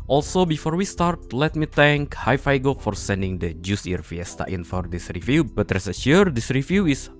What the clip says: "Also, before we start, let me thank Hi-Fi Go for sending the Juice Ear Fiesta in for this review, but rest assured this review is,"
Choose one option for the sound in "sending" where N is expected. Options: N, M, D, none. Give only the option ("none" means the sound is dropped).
N